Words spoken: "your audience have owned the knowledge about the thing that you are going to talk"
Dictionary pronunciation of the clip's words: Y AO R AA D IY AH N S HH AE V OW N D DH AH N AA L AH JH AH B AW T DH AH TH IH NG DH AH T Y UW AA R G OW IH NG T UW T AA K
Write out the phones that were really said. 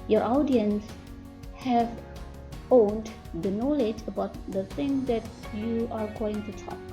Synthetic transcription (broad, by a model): Y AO R AA D IY AH N S HH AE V OW N D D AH N AA L AH JH AH B AW T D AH T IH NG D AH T Y UW AA R G OW IH NG T UW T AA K